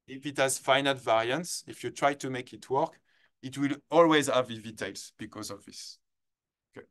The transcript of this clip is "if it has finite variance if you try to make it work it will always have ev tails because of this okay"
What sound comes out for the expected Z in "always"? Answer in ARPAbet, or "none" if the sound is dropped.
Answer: Z